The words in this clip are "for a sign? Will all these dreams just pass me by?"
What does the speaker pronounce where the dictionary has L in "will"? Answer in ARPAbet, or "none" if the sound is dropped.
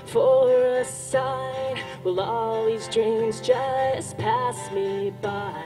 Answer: L